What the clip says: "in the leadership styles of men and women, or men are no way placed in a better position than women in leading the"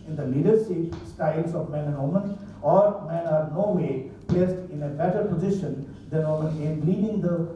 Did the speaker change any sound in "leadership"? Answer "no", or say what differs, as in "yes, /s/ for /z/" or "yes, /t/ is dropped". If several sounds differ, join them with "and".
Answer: yes, /s/ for /ʃ/